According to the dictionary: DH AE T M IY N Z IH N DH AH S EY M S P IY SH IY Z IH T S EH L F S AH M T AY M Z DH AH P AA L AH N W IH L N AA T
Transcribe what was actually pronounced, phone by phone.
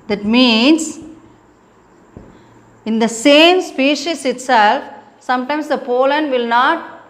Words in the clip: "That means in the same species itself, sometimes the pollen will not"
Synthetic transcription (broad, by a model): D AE T M IY N S IH N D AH S EY M S P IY SH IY S IH T S EH L F S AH M T AY M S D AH P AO L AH N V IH L N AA T